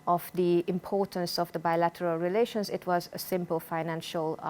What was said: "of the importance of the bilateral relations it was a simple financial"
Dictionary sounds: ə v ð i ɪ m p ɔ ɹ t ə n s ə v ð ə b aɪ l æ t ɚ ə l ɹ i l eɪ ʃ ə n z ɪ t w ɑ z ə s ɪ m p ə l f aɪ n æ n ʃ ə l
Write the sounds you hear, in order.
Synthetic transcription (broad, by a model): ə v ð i ɪ m p ɔ ɹ t ə n s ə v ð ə b aɪ l æ t ɚ ə l ɹ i l eɪ ʃ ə n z ɪ t w ɑ z ə s ɪ m p ə l f aɪ n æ n ʃ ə l